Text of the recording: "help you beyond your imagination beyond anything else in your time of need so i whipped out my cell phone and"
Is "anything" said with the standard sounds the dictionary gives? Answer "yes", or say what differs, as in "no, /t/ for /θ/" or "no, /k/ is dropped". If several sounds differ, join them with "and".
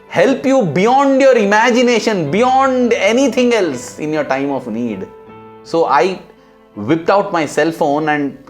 no, /t/ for /θ/